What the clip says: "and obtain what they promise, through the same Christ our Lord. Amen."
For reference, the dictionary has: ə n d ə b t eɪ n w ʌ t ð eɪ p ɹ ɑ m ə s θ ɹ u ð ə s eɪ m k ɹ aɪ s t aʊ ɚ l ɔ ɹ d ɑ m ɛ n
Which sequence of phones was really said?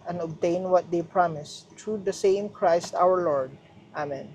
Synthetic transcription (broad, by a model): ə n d ə b t eɪ n w ʌ t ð eɪ p ɹ ɑ m ə s t ɹ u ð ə s eɪ m k ɹ aɪ s t aʊ ɚ l ɔ ɹ d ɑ m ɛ n